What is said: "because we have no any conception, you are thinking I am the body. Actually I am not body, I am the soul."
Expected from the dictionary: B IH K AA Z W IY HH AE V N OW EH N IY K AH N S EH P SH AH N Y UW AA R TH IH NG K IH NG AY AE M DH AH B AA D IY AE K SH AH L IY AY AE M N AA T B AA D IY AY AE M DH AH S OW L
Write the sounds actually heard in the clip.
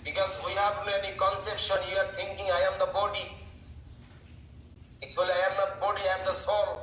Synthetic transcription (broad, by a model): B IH K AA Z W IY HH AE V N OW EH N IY K AH N S EH P SH AH N Y UW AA R T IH NG K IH NG AY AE M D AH B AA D IY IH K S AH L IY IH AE M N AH B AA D IY AY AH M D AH S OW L